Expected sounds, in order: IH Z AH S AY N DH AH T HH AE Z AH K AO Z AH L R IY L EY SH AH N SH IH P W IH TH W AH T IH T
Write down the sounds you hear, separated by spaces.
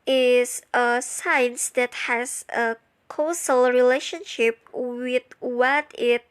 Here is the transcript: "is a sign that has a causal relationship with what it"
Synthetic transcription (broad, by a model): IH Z AH S AY N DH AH T HH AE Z AH K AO S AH L R IY L EY SH AH N SH IH P W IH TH W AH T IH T